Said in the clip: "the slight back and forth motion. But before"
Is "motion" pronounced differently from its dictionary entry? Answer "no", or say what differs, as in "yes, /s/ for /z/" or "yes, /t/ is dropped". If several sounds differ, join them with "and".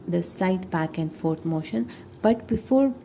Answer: no